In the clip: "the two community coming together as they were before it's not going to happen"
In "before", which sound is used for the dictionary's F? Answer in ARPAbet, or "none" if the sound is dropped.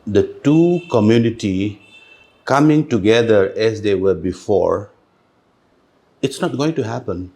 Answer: F